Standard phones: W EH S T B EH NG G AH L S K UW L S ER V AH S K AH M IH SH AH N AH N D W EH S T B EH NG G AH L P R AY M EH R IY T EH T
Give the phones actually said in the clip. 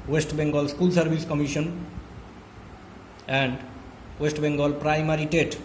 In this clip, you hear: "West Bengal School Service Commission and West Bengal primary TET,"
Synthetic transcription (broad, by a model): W EH S T B EH NG G AH L S K UW L S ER B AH S K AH M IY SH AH N AH N D W EH S T B EH NG G AH L P R AY M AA R IY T EH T